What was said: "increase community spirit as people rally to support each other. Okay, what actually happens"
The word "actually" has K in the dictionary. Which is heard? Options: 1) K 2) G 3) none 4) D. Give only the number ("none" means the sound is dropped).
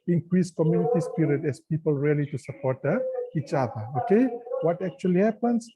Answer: 1